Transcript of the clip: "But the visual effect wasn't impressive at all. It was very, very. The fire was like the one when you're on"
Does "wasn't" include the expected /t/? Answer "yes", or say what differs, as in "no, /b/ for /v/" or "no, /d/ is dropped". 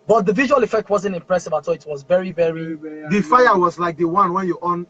yes